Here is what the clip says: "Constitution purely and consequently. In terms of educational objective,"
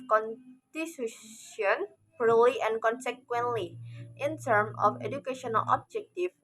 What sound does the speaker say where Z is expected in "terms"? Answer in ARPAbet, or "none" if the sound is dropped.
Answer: none